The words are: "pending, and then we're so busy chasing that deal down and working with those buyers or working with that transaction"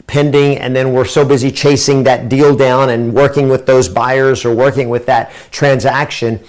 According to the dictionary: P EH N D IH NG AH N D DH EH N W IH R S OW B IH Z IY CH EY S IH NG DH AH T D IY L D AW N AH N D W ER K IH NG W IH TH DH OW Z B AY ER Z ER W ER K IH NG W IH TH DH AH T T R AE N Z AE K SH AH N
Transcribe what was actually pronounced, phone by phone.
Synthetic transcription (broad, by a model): P EH N D IH NG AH N DH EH N W IH R S OW B IH Z IY CH EY S IH NG DH AH T D IY L D AW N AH N W ER K IH NG W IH DH OW Z B AY ER Z ER W ER K IH NG W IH DH AH T T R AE N Z AE K SH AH N